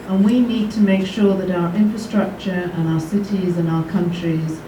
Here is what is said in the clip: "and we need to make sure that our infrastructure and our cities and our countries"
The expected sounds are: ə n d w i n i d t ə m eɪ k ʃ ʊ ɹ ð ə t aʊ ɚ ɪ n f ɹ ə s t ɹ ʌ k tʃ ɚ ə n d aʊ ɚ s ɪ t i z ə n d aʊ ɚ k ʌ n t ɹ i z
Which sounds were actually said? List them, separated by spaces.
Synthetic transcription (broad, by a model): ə n w i n i d t ə m eɪ k ʃ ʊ ɹ ð ə t aʊ ɚ ɪ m f ɹ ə s t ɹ ʌ k tʃ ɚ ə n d aʊ ɚ s ɪ t i z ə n aʊ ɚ k ʌ n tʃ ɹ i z